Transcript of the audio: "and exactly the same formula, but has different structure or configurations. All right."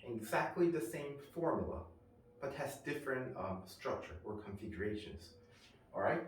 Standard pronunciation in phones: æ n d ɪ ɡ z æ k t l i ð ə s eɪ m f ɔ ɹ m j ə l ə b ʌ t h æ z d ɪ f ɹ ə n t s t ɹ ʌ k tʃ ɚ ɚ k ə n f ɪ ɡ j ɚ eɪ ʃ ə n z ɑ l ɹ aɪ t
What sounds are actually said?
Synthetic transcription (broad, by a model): ɪ ɡ z æ k t l i ð ə s eɪ m f ɔ ɹ m j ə l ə b ʌ t h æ z d ɪ f ɹ ə n t s t ɹ ʌ k tʃ ɚ ɚ k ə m f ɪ ɡ j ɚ eɪ ʃ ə n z ɑ l ɹ aɪ t